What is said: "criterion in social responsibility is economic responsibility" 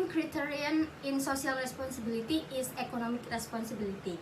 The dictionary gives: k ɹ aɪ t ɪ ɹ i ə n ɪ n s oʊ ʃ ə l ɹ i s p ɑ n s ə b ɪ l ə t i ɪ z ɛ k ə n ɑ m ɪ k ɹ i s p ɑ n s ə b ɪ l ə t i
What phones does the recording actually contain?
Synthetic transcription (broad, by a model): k ɹ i t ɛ ɹ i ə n ɪ n s oʊ s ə l ɹ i s p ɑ n s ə b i l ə t i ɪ s ɛ k ə n ɑ m ɪ k ɹ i s p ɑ n s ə b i l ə t i